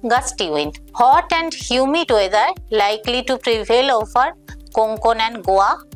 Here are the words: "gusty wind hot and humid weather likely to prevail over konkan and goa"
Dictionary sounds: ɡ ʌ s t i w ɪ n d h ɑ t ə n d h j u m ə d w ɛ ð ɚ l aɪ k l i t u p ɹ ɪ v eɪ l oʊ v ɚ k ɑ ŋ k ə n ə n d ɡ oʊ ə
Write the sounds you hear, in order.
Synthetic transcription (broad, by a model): ɡ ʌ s t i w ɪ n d h ɑ t ə n d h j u m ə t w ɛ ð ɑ l aɪ k l i t u p ɹ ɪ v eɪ l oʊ f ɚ k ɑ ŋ k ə n ə n d ɡ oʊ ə